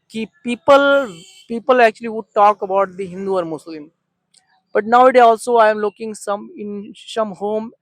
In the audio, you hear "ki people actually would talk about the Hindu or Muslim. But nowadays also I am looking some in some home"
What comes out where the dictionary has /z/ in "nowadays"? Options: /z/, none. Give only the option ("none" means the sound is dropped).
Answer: none